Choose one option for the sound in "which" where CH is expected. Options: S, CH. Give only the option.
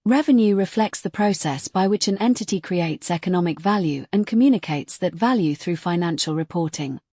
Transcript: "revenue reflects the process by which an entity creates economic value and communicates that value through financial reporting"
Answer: CH